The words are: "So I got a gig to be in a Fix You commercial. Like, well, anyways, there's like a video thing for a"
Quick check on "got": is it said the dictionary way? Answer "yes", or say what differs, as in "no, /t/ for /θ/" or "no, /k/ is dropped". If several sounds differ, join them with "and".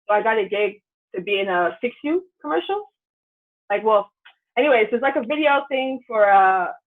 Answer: yes